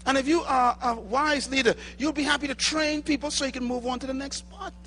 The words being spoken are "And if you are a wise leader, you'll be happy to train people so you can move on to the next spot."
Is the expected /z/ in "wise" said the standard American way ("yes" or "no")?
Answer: yes